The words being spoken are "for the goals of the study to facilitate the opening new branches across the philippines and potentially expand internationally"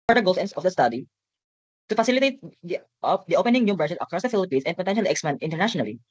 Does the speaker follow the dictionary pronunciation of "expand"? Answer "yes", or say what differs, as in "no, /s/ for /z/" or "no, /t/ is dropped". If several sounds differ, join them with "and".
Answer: no, /d/ is dropped